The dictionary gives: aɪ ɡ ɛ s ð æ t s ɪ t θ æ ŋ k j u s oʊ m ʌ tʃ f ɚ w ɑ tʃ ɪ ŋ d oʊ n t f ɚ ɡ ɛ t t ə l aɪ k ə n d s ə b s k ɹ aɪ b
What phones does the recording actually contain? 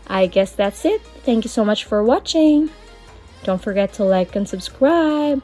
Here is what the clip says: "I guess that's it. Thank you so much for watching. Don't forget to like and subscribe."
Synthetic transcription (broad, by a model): aɪ ɡ ɛ s ð æ t s ɪ t θ æ ŋ k j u s oʊ m ʌ tʃ f ɚ w ɑ tʃ ɪ ŋ d oʊ n t f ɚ ɡ ɛ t t ə l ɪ k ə n s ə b s k ɹ aɪ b